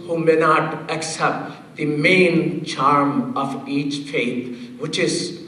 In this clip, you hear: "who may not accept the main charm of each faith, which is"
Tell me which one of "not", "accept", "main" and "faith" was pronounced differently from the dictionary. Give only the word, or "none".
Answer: faith